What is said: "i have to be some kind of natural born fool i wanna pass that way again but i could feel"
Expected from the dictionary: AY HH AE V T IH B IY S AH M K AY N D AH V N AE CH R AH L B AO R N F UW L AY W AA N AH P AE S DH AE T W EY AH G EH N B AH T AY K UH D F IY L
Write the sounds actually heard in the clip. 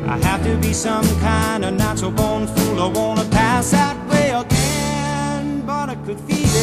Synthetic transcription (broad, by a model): AY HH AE F T IH B IY S AH M K AY N D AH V N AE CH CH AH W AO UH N F UW L AY W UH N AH P AE S DH AE T W EY AH G EH N B AH T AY K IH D F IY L